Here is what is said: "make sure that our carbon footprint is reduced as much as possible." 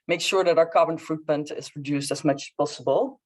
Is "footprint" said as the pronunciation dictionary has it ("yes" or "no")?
no